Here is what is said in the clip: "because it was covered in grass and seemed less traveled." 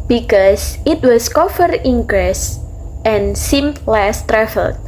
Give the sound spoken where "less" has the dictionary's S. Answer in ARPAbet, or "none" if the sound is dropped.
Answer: S